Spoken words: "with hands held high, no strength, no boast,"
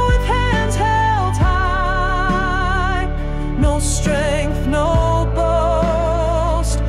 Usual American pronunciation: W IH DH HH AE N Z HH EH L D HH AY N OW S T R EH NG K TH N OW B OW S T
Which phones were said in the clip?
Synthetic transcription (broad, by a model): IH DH HH AE N Z HH EH L D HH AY N OW S T R EH NG K TH N OW B OW S T